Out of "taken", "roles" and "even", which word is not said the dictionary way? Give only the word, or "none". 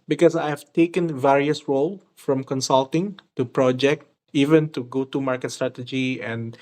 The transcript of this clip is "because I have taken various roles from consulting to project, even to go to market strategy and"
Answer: roles